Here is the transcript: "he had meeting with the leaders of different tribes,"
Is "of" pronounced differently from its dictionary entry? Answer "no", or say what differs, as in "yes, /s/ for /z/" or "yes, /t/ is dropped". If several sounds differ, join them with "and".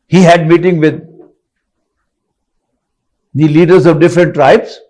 no